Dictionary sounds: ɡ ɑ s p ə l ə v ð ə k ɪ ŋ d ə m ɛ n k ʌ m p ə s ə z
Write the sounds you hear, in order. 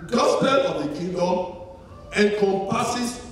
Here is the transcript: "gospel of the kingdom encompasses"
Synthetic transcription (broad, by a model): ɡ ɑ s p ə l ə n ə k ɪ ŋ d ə ɛ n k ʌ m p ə s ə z